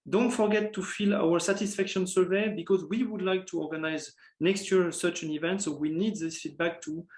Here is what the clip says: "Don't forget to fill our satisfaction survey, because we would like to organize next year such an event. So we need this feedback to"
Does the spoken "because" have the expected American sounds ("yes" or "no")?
yes